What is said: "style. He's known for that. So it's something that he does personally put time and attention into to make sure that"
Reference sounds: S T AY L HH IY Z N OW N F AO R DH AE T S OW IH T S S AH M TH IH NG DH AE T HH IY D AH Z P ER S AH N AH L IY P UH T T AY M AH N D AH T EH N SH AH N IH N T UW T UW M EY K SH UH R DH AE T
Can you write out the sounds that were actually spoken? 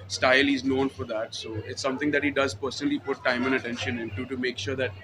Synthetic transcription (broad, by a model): S T AY L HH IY Z N OW N F AO R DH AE T S OW IH T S S AH M T IH NG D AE T HH IY D AH Z P ER S AH N AH L IY P UH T T AY M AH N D AH T EH N SH AH N IH N T UW T UW M EY K SH UH R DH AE T